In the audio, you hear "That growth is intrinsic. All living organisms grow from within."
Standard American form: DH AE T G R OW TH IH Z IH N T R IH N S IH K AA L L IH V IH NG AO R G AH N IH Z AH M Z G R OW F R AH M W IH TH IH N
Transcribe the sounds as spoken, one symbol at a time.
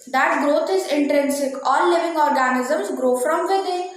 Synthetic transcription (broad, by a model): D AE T G R OW T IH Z IH N T R IH N S IH K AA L L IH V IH NG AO R G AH N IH Z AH M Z G R OW F R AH M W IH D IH